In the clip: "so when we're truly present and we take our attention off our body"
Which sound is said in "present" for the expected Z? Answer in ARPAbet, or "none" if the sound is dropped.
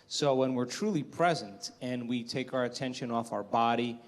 Z